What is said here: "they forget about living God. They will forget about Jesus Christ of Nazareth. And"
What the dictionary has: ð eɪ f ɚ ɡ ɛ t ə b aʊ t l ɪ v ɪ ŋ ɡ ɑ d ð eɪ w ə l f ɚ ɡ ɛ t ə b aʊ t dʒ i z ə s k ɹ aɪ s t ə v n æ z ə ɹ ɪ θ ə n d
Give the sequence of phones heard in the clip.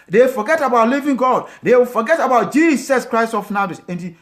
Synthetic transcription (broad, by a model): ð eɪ f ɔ ɡ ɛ t ə b aʊ t l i v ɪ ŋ ɡ ɑ d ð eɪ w f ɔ ɡ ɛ t ə b aʊ t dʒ i s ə s k ɹ aɪ s t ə f n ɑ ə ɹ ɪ s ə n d